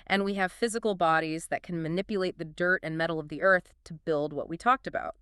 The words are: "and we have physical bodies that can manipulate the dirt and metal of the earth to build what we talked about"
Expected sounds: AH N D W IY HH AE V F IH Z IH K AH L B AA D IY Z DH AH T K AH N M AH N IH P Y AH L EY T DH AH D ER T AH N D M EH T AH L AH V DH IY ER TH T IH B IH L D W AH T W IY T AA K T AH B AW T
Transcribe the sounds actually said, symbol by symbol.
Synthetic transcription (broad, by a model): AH N W IY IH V F IH Z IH K L B AA D IY Z DH AH T K AH N M AH N IH P Y AH L EY T DH AH D ER T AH N M EH T L AH V DH IY ER TH T IH B IH L D W AH T W IY T AA K T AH B AW T